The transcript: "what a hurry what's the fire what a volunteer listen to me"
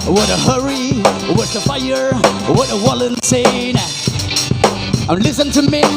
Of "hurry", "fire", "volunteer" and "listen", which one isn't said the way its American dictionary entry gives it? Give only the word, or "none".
volunteer